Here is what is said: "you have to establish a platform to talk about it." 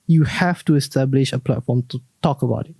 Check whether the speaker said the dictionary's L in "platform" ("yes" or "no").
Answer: yes